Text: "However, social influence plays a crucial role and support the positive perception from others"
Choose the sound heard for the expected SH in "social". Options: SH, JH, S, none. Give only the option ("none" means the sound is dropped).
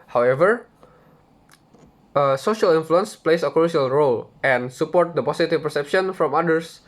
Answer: SH